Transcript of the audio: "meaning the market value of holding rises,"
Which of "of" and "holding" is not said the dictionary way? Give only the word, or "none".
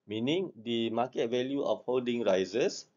of